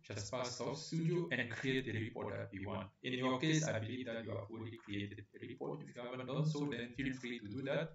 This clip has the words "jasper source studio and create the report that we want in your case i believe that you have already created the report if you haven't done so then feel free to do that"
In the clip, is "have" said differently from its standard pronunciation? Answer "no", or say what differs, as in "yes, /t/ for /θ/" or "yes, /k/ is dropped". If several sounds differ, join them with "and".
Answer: yes, /f/ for /v/